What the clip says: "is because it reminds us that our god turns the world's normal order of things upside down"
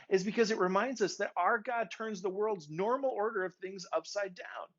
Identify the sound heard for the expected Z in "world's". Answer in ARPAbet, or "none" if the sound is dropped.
Z